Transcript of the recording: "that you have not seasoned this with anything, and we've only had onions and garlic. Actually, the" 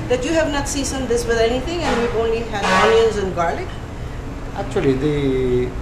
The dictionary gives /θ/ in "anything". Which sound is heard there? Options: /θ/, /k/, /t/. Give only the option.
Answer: /t/